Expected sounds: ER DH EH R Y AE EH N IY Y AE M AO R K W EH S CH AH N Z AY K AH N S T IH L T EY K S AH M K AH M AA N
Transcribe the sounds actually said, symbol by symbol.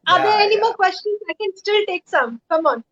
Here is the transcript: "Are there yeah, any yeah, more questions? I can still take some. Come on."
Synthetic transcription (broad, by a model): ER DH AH EH N IY M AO L K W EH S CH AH N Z AY K AH N S T IH L T EY K S AH M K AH M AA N